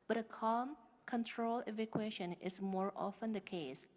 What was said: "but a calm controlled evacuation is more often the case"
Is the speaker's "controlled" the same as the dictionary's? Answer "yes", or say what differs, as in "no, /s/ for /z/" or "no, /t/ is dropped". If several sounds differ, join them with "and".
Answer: no, /d/ is dropped